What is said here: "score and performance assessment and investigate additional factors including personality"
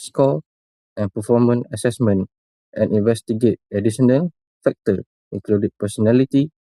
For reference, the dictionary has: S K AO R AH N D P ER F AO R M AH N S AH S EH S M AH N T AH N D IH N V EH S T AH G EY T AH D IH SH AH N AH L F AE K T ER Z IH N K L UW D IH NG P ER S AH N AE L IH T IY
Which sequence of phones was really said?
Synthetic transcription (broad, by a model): S K AO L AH N P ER F AO M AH N AH S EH S M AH N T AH N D IH N V EH S T AH G EY T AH D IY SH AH N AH L F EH K T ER IH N K L UW D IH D P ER S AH N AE L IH T IY